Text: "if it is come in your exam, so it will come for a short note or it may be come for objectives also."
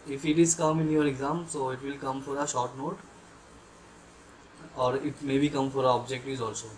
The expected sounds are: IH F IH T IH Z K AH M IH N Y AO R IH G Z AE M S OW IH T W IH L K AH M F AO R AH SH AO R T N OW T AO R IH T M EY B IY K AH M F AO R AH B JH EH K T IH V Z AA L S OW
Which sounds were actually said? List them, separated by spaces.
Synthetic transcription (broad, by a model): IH F IH T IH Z K AH M IH N Y AO R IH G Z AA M S OW IH T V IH L K AH M F AO R AH SH AO R T N OW T AO R IH T M EY B IY K AH M F AO R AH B JH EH K T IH Z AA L S OW